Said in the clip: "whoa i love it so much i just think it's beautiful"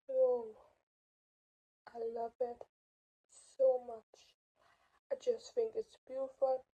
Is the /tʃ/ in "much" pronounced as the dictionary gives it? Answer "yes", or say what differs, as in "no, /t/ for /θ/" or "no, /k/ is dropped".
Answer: yes